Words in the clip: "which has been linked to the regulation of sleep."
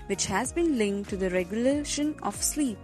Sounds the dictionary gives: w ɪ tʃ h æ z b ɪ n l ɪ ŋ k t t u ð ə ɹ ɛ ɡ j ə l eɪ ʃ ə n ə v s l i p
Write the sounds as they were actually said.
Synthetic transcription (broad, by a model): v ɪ tʃ h æ z b ɪ n l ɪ ŋ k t t u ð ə ɹ ɛ ɡ j ə l eɪ ʃ ə n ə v s l i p